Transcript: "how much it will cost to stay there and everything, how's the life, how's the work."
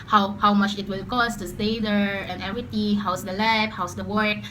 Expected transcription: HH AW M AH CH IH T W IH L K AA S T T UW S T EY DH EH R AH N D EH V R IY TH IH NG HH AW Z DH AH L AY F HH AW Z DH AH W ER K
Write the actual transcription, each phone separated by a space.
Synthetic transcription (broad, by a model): HH AW M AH CH IH T W IH L K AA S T T UW S T EY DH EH R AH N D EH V R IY T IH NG HH AW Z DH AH L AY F HH AW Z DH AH W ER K